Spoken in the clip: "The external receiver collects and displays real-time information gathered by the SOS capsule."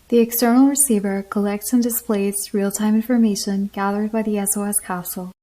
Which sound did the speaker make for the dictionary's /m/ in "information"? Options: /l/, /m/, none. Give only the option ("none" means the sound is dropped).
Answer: /m/